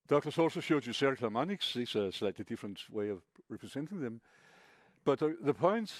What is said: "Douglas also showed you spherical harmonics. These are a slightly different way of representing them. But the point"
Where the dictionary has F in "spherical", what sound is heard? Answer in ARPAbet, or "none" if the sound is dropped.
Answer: none